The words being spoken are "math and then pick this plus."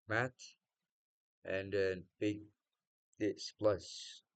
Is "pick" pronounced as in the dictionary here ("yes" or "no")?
no